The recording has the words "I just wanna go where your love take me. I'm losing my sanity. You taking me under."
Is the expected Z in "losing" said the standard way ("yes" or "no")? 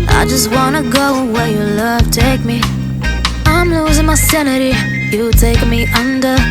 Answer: yes